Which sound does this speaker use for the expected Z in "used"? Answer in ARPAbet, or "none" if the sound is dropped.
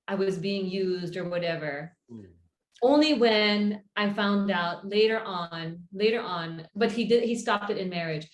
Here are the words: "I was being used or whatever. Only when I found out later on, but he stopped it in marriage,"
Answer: Z